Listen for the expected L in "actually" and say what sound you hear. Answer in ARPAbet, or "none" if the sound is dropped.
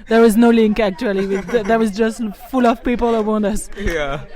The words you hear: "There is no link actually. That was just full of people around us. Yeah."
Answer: W